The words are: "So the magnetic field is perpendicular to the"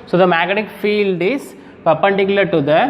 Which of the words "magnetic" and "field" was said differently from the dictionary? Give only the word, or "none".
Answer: magnetic